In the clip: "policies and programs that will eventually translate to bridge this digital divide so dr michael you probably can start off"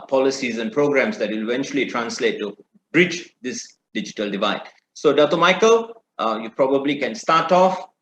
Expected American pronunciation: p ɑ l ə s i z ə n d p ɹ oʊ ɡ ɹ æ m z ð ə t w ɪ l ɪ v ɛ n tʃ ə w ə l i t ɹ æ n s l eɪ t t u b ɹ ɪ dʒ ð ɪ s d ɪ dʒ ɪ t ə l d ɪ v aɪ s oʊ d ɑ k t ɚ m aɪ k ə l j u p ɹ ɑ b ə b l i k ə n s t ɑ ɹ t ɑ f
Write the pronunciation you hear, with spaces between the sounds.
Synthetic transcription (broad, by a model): p ɑ l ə s i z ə n p ɹ oʊ ɡ ɹ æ m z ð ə t w ɪ l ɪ v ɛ n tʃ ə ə l i t ɹ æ n s l eɪ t t u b ɹ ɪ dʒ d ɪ s d ɪ dʒ ɪ t ə l d ɪ v aɪ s oʊ d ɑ t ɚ m aɪ k ə l j u p ɹ ɑ b ə b l i k ə n s t ɑ t ɑ f